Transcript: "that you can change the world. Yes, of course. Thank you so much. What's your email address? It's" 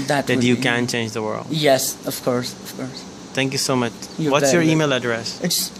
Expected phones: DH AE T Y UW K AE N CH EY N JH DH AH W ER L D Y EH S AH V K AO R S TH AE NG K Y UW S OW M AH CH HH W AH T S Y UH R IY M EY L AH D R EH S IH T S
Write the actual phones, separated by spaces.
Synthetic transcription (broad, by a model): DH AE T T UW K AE N CH EY N JH DH AH W ER L D Y EH S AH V K AO R S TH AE NG K Y UW S OW M AH CH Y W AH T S Y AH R IY M EY L AH D R EH S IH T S